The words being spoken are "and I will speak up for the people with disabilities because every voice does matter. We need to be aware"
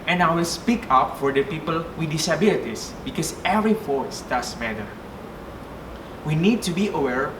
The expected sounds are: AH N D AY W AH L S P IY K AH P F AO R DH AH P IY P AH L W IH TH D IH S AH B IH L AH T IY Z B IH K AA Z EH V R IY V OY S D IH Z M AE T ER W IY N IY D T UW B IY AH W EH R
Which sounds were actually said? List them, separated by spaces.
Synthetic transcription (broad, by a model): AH N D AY W AH L S P IY K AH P F AO R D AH P IY P AH L W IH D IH S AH B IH L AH T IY S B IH K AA S EH V R IY F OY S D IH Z M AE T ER W IY N IY D T UW B IY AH W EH R